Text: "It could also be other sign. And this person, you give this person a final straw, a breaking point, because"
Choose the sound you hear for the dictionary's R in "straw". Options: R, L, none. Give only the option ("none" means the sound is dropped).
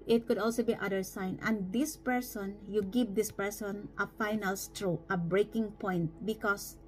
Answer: R